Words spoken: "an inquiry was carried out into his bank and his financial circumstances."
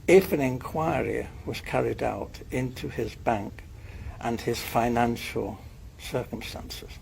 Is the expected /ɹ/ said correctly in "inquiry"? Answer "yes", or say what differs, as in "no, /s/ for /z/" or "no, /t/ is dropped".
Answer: yes